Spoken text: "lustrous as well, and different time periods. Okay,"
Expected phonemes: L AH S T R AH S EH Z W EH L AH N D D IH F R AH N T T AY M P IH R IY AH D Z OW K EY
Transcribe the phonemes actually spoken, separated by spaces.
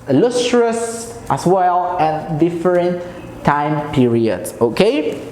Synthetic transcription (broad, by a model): L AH S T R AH S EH S W EH L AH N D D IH F R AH N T T AY M P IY R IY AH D S OW K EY